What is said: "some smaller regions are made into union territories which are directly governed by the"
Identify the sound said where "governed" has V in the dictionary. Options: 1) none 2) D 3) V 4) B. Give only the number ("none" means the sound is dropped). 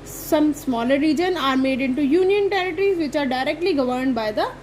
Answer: 3